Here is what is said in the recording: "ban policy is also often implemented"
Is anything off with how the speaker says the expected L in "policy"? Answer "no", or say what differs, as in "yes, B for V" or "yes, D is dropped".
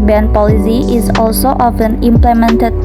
no